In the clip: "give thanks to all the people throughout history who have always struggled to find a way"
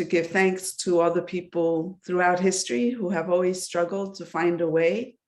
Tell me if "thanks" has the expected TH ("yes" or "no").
yes